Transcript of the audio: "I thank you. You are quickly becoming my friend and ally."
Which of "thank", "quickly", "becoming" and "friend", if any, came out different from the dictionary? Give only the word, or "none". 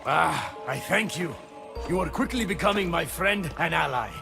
none